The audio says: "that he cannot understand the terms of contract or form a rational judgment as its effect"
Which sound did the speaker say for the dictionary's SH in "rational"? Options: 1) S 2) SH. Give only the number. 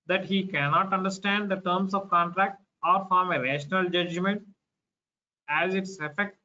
2